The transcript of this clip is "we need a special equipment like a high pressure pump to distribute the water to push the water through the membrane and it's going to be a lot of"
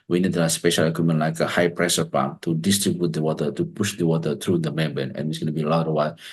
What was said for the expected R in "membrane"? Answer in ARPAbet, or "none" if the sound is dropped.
none